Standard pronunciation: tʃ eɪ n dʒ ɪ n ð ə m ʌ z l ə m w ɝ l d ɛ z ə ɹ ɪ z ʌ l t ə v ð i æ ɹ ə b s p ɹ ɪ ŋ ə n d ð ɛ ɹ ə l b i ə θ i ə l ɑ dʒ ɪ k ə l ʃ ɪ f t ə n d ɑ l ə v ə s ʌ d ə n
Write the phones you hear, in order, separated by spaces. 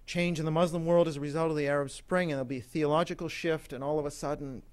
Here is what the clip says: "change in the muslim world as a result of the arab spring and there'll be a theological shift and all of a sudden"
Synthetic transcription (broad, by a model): tʃ eɪ n dʒ ɪ n ð ə m ʌ z l ə m w ɝ l d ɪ z ə ɹ ɪ z ʌ l t ə v ð i æ ɹ ə b s p ɹ ɪ ŋ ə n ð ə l b i θ i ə l ɑ dʒ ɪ k l ʃ ɪ f t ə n ɑ l ə v ə s ʌ d n